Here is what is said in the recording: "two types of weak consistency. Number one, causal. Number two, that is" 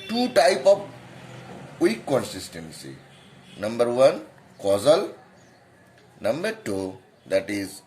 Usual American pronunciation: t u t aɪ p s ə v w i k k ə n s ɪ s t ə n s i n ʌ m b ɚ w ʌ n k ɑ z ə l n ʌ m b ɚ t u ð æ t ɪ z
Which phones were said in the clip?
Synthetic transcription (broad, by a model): t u t aɪ p ə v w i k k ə n s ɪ s t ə n s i n ʌ m b ɚ w ʌ n k ɑ z ə l n ʌ m b ɚ t u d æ t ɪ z